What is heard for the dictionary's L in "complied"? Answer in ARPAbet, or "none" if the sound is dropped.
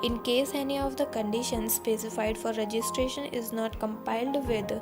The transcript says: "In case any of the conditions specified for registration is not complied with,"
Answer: none